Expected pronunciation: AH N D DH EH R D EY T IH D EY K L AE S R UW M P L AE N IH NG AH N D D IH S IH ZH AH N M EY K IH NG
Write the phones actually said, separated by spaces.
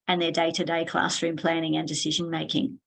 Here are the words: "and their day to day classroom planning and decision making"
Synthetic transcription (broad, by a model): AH N DH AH R D EY T IH D EY K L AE S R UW M P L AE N IH NG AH N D D IH S IH ZH AH N M EY K IH NG